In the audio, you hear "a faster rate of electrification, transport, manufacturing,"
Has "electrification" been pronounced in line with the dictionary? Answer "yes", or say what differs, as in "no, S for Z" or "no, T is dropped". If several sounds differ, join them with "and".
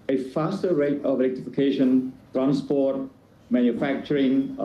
no, R is dropped